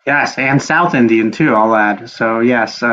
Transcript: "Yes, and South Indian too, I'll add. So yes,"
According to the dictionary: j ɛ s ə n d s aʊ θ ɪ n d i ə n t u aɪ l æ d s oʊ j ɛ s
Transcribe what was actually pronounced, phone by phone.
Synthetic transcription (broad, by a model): j ɛ s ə n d s aʊ θ ɪ n d i ə n t u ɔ l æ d s oʊ j ɛ s